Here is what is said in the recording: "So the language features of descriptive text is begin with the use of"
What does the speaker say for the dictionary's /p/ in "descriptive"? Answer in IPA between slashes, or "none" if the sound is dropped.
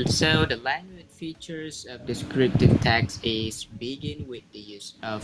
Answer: /p/